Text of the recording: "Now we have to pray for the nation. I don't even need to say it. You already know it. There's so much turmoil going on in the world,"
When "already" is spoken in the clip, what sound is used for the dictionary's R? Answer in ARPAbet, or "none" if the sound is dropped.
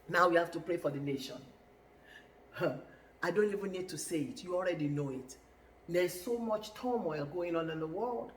R